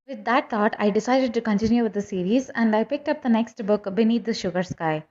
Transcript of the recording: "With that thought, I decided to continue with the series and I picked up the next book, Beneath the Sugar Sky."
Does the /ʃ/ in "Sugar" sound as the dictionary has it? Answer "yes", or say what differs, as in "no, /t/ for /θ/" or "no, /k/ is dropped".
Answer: yes